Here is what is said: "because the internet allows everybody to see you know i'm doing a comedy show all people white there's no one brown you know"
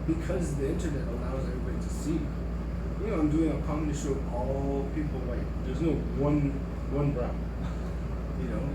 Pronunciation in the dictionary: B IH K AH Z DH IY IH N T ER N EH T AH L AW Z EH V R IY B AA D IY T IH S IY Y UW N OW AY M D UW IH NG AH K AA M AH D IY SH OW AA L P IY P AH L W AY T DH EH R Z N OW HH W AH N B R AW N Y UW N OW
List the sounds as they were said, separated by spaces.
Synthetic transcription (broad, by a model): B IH K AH Z DH IY IH N T ER N EH T AH L AW Z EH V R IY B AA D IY T IH S IY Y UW N OW AY M D UW IH NG AH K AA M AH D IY SH OW AA L P IY P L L AY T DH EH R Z N OW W W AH N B R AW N Y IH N OW